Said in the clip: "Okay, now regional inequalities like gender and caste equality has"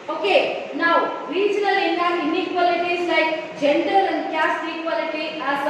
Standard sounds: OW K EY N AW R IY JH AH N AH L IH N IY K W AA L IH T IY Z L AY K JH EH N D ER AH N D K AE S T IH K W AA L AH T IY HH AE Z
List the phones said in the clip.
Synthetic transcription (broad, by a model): OW K EY N AW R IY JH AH L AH N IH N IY K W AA L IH T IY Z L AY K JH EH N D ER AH N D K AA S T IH K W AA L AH T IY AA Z